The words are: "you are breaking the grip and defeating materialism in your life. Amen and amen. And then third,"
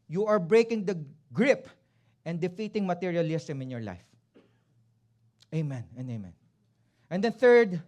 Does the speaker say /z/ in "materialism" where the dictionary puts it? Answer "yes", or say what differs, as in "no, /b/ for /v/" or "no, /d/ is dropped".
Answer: no, /s/ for /z/